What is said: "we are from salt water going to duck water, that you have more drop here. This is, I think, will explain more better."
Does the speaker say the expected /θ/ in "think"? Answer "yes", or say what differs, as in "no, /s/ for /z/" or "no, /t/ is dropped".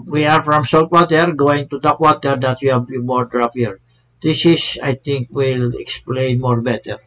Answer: no, /t/ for /θ/